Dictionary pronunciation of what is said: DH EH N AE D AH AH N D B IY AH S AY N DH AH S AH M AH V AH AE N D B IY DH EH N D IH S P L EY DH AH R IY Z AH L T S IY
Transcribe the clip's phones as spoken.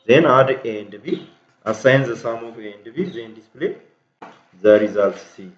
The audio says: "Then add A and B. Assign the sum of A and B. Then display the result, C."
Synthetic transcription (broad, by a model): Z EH N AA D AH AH N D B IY AH S AY N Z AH S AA M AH F AH N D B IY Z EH N D IH S P L EY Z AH R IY Z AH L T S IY